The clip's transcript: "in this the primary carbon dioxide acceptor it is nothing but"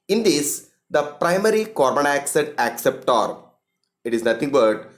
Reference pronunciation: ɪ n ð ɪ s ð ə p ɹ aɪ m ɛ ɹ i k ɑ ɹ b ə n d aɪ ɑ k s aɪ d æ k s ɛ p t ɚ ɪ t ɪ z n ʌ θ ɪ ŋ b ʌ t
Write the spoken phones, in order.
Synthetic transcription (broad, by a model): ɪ n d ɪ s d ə p ɹ aɪ m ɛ ɹ i k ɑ ɹ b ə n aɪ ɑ k s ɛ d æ k s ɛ p t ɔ ɪ t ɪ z n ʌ t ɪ ŋ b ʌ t